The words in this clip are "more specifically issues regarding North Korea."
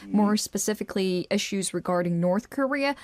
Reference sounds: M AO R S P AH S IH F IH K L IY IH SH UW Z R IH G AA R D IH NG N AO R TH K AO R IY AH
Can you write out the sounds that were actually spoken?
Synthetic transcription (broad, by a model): M AO R S P AH S IH F IH K L IY IH SH UW Z R IH G AA R D IH NG N AO R TH K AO R IY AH